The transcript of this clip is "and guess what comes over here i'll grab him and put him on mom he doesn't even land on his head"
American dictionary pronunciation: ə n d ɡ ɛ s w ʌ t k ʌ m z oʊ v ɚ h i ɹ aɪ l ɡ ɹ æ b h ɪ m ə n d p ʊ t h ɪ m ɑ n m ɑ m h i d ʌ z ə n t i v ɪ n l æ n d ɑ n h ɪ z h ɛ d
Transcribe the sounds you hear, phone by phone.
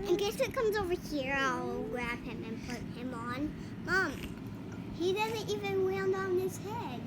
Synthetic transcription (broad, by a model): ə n ɡ ɛ s w ʌ t k ʌ m z oʊ v ɚ h i ɹ aɪ l ɡ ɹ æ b h ɪ m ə n p ʊ t h ɪ m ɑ n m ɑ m h i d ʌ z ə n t i v ɪ n w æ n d ɑ n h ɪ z h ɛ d